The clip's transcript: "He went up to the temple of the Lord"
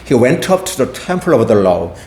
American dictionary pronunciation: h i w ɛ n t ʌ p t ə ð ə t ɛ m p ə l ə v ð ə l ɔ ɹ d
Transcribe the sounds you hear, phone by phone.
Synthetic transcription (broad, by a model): h i w ɛ n t ʌ p t ə ð ə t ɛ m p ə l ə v ð ə l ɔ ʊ